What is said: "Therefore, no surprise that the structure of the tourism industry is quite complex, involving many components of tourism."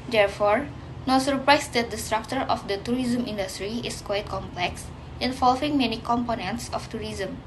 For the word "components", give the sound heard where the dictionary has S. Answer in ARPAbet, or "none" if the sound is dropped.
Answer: S